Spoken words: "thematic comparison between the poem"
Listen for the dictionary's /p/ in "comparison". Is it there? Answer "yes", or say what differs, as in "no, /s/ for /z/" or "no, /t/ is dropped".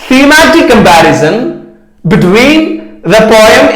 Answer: no, /b/ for /p/